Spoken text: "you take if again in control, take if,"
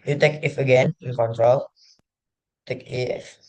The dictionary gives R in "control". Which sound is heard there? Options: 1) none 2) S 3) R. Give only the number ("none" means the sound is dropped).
3